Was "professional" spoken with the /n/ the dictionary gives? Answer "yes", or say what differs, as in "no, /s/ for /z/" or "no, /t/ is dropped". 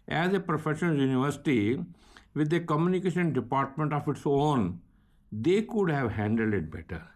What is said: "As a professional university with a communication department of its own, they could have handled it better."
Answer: no, /n/ is dropped